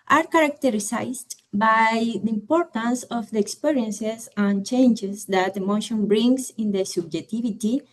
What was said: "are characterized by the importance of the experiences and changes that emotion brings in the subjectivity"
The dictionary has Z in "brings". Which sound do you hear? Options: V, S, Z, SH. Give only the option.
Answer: S